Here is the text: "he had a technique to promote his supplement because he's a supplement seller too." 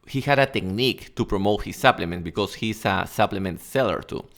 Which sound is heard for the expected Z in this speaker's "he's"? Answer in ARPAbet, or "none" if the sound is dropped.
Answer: S